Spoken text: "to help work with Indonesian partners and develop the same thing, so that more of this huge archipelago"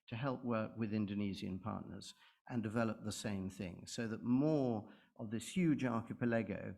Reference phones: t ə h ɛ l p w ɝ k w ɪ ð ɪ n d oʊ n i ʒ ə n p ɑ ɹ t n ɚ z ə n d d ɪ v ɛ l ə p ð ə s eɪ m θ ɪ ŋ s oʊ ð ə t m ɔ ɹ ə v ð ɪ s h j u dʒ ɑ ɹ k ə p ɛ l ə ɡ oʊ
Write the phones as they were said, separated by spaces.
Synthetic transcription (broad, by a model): t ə h ɛ l p w ɝ k w ɪ ð ɪ n d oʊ n i z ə n p ɑ ɹ t n ɚ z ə n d d ɪ v ɛ l ə p ð ə s eɪ m θ ɪ ŋ s oʊ ð ə t m ɔ ɹ ə v ð ɪ s h j u dʒ ɑ ɹ k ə p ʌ l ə ɡ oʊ